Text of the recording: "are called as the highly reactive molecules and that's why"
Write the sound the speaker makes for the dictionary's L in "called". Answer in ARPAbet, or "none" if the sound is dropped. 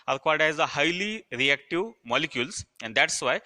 none